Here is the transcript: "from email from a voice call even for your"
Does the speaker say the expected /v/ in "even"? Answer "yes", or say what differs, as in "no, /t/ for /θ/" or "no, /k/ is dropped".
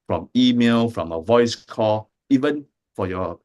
yes